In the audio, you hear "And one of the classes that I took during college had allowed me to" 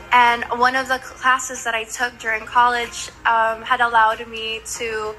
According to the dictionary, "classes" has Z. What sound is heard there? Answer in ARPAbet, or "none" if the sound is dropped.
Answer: Z